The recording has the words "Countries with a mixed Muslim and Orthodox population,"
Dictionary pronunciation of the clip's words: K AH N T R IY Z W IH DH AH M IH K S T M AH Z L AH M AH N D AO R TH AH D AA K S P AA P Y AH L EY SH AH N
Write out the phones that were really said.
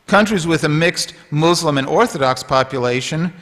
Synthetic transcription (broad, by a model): K AH N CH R IY Z W IH DH AH M IH K S T M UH Z L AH M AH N AO R TH AH D AA K S P AA P Y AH L EY SH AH N